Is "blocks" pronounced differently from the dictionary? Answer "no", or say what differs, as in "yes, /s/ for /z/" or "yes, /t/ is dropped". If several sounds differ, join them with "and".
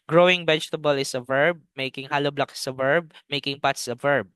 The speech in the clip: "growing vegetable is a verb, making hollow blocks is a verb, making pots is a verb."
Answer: yes, /s/ is dropped